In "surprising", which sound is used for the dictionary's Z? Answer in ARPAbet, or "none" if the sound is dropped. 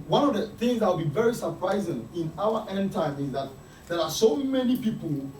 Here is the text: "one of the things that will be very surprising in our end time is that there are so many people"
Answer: Z